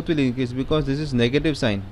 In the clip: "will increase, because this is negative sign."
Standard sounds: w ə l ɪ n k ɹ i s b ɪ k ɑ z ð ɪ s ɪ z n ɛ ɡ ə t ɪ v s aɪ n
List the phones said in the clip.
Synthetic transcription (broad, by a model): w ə l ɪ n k i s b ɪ k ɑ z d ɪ s ɪ z n ɛ ɡ ə t ɪ v s aɪ n